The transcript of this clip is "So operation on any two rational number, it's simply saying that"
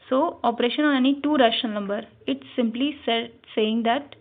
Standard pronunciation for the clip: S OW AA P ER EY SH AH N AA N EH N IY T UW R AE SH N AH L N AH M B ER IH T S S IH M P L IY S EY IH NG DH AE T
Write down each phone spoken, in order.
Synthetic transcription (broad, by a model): S OW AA P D EY SH AH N AA N EH N IY T UW R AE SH AH N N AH M B ER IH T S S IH M P L IY S EY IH NG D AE T